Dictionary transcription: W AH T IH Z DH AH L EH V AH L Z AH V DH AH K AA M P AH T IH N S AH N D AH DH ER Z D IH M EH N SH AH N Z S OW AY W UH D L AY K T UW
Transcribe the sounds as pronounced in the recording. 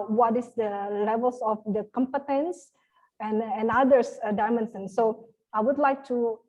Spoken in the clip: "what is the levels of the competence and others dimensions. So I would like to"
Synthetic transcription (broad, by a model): W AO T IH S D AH L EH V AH L S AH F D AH K AA M P AH T IH N S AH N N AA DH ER S D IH M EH N S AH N S OW AY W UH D L AY K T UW